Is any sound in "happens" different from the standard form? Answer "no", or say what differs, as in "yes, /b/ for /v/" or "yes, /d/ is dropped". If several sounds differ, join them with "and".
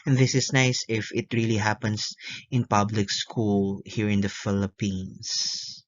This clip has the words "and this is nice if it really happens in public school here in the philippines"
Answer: yes, /s/ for /z/